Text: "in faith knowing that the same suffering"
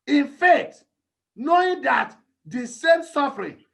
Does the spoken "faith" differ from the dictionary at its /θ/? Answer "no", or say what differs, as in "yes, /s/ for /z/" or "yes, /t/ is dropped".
yes, /t/ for /θ/